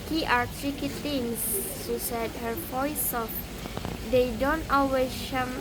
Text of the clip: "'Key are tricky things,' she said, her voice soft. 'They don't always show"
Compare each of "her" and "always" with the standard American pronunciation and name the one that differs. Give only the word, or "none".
always